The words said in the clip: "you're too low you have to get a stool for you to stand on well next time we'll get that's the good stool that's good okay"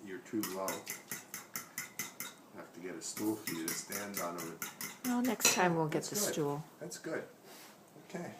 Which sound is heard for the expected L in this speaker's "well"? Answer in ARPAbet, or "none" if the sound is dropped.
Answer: N